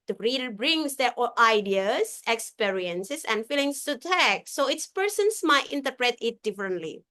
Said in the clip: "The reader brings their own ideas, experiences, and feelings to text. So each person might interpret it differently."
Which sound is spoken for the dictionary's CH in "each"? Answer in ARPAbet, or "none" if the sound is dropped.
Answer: S